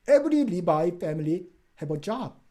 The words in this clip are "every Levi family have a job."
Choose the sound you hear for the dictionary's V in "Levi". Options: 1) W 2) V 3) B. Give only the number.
3